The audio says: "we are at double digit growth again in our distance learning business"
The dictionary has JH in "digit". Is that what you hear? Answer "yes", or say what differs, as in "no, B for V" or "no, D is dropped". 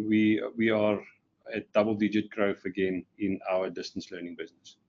yes